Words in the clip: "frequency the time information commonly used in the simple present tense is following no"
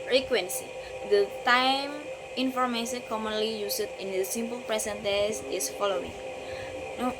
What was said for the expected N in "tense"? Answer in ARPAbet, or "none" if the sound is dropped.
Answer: none